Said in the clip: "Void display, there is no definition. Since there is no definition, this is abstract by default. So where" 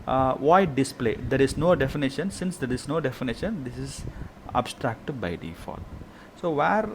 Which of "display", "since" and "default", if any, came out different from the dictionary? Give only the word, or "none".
default